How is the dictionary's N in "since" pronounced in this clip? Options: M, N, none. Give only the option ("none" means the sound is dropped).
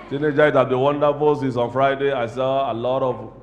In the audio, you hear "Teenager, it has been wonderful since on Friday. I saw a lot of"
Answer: none